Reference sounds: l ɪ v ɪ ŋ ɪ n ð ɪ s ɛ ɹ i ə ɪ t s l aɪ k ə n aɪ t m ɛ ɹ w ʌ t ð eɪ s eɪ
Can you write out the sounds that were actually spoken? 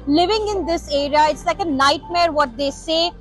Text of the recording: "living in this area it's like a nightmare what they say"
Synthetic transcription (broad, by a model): l ɪ v ɪ ŋ ɪ n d ɪ s ɛ ɹ i ə ɪ t s l aɪ k ə n aɪ t m ɛ ɹ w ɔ t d eɪ s eɪ